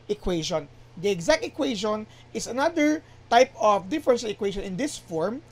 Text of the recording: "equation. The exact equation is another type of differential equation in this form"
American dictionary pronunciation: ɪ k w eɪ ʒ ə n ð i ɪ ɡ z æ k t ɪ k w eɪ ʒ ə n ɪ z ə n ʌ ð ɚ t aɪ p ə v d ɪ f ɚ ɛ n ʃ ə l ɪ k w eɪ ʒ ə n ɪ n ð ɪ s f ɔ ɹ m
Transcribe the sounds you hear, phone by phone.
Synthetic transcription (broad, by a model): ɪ k w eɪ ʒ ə n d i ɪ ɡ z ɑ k t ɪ k w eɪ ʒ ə n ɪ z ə n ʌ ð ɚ t aɪ p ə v d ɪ f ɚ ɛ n s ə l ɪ k w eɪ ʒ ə n ɪ n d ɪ s f ɔ ɹ m